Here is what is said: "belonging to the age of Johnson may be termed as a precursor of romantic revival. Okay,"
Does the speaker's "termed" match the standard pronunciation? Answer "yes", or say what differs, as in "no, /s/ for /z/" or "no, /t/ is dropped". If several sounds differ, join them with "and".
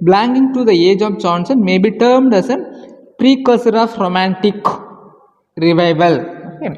yes